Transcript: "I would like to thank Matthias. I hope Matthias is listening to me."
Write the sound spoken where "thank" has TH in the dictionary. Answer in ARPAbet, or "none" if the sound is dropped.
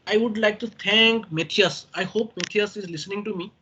T